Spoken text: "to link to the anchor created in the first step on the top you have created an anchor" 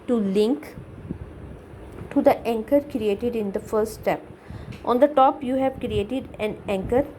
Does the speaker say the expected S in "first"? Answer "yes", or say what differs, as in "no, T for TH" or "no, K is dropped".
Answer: no, S is dropped